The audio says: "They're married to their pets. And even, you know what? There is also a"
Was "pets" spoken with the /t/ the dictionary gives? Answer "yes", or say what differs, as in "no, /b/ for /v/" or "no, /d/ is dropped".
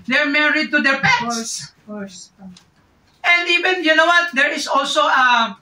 no, /s/ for /t/